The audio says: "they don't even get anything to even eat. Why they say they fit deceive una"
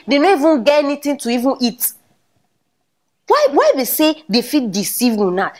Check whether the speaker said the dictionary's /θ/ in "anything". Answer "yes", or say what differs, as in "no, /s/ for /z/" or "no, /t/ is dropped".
no, /t/ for /θ/